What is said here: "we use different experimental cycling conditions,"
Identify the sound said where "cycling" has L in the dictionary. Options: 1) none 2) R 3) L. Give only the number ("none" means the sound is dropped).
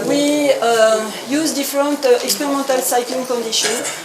3